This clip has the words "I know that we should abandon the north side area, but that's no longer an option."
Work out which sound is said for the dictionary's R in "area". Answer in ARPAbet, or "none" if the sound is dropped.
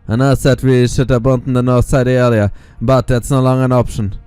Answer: L